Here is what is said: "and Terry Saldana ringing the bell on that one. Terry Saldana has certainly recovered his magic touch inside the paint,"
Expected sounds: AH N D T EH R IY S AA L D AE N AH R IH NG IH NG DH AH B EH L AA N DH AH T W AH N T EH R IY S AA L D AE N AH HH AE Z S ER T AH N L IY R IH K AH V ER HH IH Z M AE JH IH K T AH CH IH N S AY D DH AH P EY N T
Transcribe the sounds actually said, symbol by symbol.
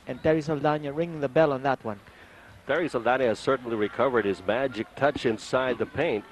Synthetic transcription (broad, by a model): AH N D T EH R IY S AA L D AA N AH R IH NG IH NG DH AH B EH L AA N DH AH T W AH N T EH R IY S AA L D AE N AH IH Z S ER T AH N L IY R IH K AH V ER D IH Z M AE JH IH K T AH CH IH N S AY D DH AH P EY N T